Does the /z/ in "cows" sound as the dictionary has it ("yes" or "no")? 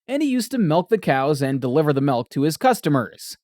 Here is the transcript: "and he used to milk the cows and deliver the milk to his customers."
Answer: yes